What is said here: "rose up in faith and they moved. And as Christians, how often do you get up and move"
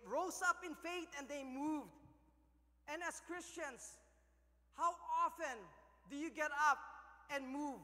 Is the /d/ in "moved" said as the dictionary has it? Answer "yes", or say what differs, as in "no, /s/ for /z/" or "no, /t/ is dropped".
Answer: yes